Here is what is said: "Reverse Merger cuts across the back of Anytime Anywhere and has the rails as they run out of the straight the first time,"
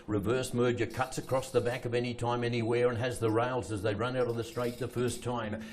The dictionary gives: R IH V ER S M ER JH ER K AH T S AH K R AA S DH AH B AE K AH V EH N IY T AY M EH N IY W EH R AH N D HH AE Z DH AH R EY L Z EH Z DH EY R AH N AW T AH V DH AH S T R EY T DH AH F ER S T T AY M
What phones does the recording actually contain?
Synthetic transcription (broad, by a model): R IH V ER S M ER JH ER K AH T S AH K R AA S DH AH B AE K AH V EH N IY T AY M EH N IY W EH R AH N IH Z DH AH R EY L Z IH Z DH EY R AH N AW T AH V DH AH S T R EY T DH AH F ER S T T AY M